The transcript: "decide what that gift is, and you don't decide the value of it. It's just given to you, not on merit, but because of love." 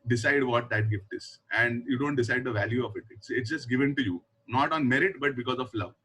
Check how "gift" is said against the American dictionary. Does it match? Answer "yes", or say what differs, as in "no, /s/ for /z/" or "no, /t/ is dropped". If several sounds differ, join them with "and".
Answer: yes